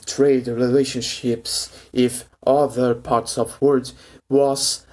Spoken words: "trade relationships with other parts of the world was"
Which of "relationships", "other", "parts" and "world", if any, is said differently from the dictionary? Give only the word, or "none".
world